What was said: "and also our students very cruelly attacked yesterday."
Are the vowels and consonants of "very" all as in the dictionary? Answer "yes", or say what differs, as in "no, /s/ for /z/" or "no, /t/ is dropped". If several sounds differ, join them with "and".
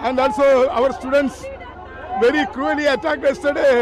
yes